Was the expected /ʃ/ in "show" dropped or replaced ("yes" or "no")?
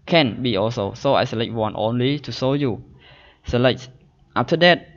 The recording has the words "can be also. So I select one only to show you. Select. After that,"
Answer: yes